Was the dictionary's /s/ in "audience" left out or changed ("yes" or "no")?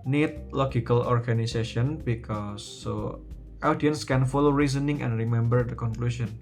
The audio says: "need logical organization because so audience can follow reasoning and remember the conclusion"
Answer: no